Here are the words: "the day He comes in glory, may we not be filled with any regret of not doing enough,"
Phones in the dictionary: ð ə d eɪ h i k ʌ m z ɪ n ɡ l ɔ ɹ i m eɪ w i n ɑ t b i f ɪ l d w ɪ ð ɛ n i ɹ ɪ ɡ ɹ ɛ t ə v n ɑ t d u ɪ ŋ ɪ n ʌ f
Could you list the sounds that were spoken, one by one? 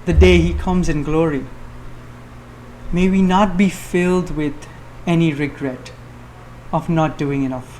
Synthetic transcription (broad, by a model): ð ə d eɪ h i k ʌ m z ɪ n ɡ l ɔ ɹ i m eɪ w i n ɑ t b i f ɪ l d w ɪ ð ɛ n i ɹ ɪ ɡ ɹ ɛ t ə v n ɑ t d u ɪ ŋ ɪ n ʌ f